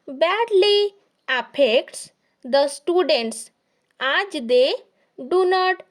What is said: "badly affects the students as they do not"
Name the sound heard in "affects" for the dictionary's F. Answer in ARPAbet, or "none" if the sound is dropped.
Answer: P